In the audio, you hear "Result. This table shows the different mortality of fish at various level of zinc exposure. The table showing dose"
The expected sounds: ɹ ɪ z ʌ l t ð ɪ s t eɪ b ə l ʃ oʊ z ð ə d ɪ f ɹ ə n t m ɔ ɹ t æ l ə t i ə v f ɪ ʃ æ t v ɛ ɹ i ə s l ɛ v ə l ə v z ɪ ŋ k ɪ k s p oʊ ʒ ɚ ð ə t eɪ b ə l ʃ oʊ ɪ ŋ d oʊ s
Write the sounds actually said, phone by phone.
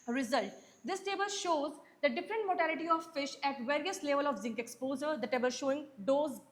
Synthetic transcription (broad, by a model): ɹ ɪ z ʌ l t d ɪ s t eɪ b ə l ʃ oʊ z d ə d ɪ f ɹ ə n t m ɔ t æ l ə t i ə v f ɪ ʃ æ t v ɛ ɹ i ə s l ɛ v ə l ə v z ɪ ŋ k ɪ k s p oʊ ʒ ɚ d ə t eɪ b ə l ʃ oʊ ɪ ŋ d oʊ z